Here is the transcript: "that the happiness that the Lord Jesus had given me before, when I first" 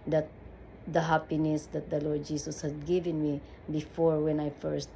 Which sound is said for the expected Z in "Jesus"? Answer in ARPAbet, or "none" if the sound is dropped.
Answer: S